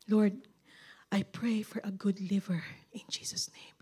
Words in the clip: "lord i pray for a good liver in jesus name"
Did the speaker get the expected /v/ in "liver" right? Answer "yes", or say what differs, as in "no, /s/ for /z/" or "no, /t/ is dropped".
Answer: yes